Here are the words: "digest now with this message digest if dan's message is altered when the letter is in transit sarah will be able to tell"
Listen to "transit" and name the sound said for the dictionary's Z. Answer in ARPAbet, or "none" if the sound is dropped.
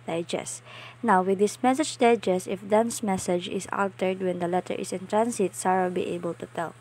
S